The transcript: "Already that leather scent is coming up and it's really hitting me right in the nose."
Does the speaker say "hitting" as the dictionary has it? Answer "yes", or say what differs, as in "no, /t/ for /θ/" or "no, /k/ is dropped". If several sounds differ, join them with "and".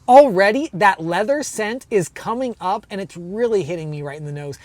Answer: yes